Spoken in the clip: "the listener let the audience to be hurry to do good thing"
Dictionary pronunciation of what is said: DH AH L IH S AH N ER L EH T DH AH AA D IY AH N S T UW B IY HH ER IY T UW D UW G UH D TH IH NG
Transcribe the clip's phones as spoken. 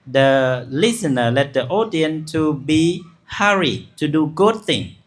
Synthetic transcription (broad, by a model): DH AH L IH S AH N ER L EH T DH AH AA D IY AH N T UW B IY HH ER IY T UW D UW G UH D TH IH NG